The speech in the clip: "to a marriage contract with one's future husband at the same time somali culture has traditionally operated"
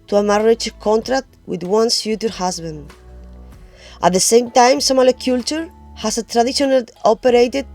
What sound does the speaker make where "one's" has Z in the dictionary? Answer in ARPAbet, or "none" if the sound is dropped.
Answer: S